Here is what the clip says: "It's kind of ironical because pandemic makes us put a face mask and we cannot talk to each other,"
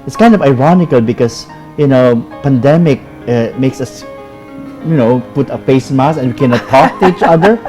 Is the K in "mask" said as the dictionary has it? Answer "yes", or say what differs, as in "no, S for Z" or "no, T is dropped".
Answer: no, K is dropped